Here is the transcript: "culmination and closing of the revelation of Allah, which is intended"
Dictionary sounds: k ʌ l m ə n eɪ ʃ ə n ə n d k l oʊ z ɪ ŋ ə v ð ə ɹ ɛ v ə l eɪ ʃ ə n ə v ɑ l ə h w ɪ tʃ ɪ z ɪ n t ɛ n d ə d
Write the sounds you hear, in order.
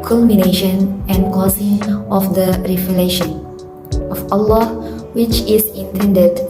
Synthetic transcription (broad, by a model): k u l m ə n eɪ ʃ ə n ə n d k oʊ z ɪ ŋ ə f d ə ɹ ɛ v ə l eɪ ʃ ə n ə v ɑ l ə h w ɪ tʃ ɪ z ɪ n t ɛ n d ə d